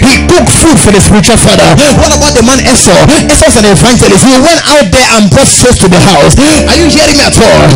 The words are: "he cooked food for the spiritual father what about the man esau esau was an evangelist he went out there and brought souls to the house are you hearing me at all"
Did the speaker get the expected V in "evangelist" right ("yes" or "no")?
no